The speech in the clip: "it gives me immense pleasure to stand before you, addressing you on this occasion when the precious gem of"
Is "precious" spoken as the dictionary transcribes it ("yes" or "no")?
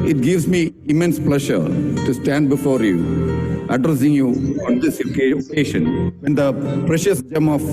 yes